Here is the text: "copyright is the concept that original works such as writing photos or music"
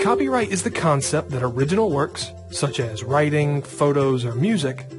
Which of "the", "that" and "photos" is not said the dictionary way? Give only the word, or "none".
none